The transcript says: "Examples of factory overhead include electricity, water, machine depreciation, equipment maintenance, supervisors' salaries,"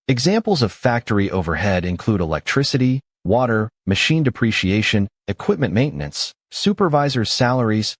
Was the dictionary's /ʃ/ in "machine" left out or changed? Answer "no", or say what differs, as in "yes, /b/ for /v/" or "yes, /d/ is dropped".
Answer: no